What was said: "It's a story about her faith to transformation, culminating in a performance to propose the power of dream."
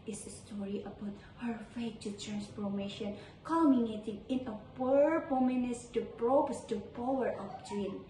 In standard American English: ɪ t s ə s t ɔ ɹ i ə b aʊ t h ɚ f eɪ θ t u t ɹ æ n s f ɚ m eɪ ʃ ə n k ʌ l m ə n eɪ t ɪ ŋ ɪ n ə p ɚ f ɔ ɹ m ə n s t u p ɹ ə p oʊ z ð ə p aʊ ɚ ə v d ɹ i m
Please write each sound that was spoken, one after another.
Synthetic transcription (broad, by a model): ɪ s ə s t ɔ ɹ i ə b aʊ t h ɚ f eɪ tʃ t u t ɹ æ n s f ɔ m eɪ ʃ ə n k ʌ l m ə n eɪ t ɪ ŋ ɪ n ə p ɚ p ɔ m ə n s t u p ɹ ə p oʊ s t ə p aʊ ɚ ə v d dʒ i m